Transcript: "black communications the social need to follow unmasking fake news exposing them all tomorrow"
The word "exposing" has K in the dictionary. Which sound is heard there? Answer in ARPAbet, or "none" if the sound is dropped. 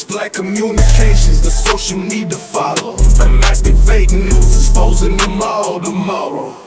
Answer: none